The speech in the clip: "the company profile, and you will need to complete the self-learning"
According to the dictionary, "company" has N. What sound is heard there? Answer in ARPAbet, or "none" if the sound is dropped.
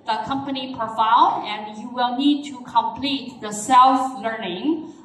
N